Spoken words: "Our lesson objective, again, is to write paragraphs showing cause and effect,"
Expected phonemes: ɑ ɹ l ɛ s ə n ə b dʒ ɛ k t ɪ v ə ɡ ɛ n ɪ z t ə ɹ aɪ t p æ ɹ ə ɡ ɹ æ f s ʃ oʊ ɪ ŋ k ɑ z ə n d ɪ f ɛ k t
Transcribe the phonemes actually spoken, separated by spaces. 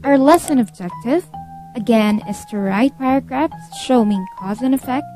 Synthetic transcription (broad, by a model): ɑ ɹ l ɛ s ə n ə b dʒ ɛ k t ɪ v ə ɡ ɛ n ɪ s t ə ɹ aɪ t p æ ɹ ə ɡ ɹ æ f s ʃ oʊ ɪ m k ɑ z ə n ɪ f ɛ k t